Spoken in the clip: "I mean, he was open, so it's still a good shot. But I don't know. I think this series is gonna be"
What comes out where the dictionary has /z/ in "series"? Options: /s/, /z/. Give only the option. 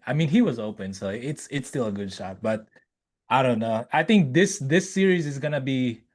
/z/